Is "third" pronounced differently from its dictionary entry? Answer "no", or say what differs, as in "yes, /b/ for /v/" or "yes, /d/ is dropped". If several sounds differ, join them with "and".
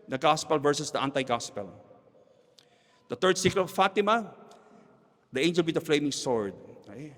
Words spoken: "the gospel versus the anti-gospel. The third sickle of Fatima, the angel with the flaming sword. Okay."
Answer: yes, /t/ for /θ/